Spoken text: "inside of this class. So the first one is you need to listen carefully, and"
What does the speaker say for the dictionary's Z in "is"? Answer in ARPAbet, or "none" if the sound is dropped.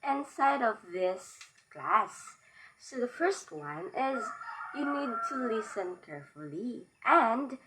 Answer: Z